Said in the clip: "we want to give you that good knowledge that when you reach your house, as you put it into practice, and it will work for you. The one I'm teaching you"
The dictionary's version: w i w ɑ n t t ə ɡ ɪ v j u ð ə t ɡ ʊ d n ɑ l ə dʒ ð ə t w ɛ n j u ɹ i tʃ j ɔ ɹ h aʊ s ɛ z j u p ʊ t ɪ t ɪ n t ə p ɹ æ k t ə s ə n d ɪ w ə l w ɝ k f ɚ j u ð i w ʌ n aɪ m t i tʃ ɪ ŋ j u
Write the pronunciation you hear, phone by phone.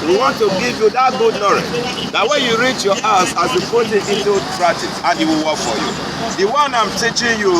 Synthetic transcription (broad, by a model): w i w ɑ n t t ə ɡ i v j u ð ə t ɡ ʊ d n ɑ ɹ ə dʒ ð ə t w ɛ n j u ɹ i tʃ j ɔ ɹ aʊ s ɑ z j u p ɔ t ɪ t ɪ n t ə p ɹ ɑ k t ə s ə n ɪ w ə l w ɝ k f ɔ j u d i w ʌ n aɪ m t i tʃ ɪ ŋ j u